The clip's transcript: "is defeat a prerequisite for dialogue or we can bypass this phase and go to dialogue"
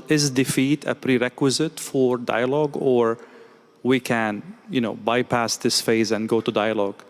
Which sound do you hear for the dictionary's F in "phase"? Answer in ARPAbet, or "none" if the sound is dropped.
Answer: F